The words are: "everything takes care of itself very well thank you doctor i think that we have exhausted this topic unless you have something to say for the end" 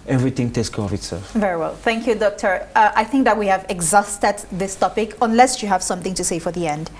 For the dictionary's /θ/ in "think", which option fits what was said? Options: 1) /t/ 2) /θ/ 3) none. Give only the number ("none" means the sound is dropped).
2